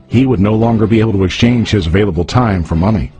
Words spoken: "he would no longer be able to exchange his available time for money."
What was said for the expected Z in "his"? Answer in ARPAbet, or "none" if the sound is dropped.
Z